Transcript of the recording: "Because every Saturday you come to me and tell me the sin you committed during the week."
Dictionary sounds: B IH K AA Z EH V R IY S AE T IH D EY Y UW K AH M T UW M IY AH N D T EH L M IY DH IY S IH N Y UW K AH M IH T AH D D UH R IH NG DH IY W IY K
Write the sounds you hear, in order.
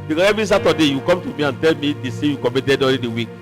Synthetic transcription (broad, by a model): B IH K AA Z EH V R IY S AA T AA D EY Y UW K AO M T UW M IY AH N T EH L M IY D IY S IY Y UW K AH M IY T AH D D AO L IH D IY W IY K